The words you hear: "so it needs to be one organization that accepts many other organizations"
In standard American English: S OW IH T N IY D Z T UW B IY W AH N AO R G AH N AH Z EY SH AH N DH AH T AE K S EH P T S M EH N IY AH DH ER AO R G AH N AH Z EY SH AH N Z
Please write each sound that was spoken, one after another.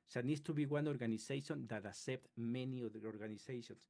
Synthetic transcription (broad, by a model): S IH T N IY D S T UW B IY W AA N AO R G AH N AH S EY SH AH N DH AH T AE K S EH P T M EH N IY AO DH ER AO R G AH N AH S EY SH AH N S